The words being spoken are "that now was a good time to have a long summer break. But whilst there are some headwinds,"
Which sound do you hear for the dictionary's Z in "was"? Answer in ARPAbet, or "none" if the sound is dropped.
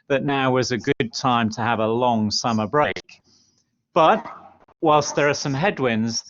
Z